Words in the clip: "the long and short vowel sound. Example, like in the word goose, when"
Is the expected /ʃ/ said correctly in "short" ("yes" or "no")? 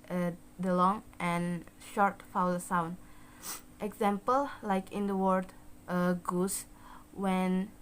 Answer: yes